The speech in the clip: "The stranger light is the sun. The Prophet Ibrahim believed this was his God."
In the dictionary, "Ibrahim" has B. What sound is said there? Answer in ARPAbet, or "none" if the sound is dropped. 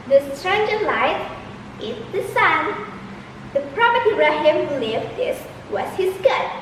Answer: none